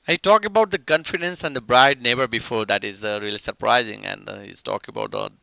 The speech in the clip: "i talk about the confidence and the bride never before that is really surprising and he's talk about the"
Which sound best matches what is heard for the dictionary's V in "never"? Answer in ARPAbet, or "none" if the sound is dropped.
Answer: B